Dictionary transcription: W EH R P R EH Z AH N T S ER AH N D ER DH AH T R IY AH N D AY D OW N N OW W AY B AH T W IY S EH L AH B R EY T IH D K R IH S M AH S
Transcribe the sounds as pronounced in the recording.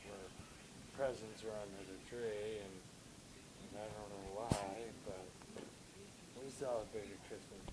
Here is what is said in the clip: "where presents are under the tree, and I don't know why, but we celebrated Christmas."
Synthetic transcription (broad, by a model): W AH R P R EH Z AH N T S ER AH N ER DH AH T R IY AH N AY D OW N N OW W AY B AH T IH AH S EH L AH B EY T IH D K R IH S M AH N